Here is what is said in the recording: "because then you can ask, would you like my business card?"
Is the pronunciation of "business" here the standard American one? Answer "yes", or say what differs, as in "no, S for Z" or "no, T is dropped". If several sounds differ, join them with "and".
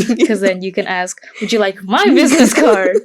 yes